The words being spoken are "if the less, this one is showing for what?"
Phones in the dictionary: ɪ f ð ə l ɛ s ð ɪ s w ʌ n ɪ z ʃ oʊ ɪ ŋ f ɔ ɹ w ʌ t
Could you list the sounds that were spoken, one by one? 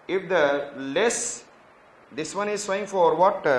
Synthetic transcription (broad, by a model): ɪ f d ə l ɛ s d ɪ s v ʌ n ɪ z s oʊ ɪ ŋ f ɔ ɹ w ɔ t